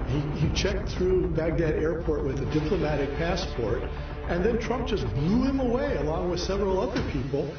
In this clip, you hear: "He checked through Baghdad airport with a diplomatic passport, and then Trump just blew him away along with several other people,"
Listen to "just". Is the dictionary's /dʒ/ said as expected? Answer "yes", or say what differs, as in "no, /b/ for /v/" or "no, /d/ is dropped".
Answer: no, /ʒ/ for /dʒ/